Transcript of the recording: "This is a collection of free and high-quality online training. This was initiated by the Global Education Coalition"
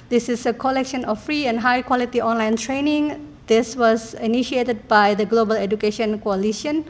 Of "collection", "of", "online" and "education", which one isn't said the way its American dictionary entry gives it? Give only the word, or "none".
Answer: of